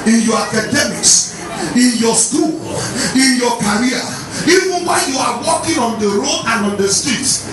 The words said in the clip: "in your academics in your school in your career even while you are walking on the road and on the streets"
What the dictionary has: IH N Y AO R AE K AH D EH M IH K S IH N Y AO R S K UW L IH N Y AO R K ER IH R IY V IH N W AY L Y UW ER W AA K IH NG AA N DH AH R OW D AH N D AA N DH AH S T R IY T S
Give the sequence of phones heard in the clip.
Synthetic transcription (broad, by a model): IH N Y AO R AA K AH D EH M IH K S IH N Y AO S K UW L IH N Y AO K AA R IY V IH N W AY N Y UW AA W AA K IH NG AA N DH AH R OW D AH N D AA N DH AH S T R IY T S